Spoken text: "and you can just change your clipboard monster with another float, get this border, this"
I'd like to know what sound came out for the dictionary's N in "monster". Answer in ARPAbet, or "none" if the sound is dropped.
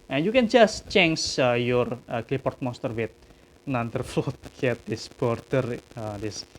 none